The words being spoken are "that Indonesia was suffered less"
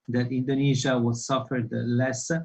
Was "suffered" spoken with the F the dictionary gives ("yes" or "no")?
yes